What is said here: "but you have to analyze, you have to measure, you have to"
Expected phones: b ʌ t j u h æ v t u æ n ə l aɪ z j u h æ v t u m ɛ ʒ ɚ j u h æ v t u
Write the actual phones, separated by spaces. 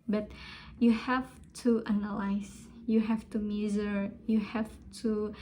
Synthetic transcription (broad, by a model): b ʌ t j u h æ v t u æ n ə l aɪ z j u h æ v t u m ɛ z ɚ j u h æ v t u